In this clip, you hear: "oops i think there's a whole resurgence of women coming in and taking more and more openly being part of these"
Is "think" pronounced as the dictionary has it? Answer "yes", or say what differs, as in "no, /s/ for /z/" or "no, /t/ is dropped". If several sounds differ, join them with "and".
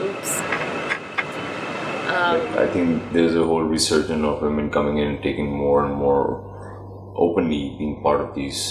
no, /t/ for /θ/